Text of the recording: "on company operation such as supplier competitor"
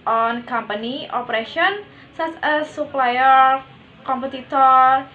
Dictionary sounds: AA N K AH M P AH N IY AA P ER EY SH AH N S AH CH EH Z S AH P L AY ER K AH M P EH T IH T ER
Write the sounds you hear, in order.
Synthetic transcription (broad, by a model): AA N K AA M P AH N IY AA P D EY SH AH N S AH S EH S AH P L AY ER K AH M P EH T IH T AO